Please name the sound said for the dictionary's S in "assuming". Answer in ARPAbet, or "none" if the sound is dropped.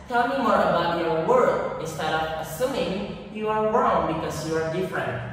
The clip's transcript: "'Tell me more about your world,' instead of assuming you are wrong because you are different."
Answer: S